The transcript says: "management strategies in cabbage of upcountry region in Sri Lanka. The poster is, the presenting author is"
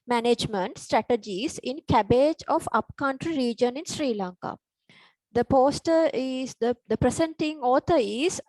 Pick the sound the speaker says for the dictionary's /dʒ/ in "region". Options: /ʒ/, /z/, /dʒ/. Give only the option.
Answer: /dʒ/